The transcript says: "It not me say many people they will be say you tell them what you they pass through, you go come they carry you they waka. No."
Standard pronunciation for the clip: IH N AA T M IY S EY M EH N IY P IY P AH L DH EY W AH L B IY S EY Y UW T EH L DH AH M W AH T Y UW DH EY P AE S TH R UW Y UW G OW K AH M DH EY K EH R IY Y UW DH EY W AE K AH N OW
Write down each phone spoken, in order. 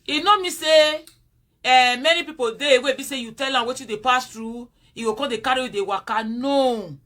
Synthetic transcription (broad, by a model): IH N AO M IY S EY M EH N IY P IY P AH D EY W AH B IY S EY Y UW T EH L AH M W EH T Y UW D EY P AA S T R UW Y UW G OW K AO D EY K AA R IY Y UW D EY W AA K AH N OW